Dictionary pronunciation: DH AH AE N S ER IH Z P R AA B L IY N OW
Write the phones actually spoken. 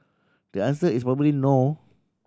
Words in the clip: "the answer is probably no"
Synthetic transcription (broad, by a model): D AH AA N S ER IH S P R AA B L IY N OW